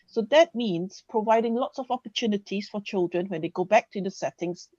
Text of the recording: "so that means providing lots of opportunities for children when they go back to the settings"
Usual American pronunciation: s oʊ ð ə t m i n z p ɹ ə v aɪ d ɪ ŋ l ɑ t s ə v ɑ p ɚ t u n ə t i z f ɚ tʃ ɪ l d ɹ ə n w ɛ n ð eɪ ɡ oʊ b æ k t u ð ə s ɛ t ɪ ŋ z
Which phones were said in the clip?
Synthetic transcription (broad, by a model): s oʊ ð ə t m i n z p ɹ ə v aɪ d ɪ ŋ l ɑ t s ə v ɑ p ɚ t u n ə t i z f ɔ tʃ ɪ l d ɹ ə n w ɛ n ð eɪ ɡ oʊ b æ k t u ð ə s ɛ t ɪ ŋ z